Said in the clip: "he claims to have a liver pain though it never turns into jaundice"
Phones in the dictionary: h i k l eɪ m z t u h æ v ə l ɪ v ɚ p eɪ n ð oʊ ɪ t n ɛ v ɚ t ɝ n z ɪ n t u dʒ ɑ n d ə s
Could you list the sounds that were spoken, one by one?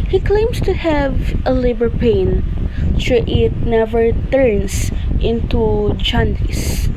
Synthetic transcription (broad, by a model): h i k l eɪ m s t u h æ v ə l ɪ b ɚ p eɪ n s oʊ ɪ t n ɛ v ɚ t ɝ n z ɪ n t u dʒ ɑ n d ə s